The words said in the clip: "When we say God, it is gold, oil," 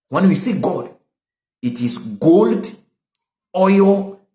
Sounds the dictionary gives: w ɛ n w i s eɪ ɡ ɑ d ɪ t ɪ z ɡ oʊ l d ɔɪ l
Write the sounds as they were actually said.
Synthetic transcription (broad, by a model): w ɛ n w i s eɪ ɡ ɑ d ɪ t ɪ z ɡ oʊ l d ɔɪ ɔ